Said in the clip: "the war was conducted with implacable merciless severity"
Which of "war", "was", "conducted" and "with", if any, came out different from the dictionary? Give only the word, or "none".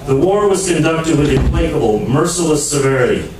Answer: none